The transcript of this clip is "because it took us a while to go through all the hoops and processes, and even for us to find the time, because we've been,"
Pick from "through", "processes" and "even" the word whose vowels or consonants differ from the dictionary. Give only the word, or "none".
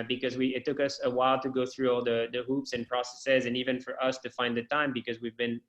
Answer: none